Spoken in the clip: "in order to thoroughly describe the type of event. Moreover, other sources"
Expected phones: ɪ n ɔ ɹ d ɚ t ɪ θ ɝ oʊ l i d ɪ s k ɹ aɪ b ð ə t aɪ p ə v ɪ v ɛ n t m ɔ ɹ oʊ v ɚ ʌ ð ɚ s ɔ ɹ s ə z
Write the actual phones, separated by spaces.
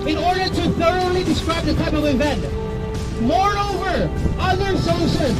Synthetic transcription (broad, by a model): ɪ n ɔ ɹ d ɚ t ɪ θ ɝ oʊ l i d ɪ s k ɹ aɪ b ð ə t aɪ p ə v ɪ v ɛ n t m ɔ ɹ oʊ v ɚ ʌ ð ɚ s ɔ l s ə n